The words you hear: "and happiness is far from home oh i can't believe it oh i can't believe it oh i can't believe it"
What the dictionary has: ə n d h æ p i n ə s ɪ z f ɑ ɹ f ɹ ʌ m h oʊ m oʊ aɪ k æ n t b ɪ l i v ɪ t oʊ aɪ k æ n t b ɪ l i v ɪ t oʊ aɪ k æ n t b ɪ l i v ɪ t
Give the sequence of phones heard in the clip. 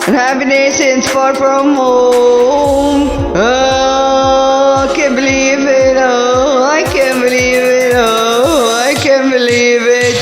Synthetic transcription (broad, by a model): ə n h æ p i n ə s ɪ s f ɑ ɹ f ɹ ʌ m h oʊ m oʊ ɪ k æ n b ɪ l i v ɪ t oʊ aɪ k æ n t b ɪ l i v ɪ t oʊ aɪ k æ n b ɪ l i v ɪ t